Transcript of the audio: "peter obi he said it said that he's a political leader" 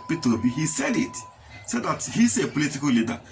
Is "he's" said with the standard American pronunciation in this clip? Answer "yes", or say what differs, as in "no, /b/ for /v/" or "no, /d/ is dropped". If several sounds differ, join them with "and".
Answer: no, /s/ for /z/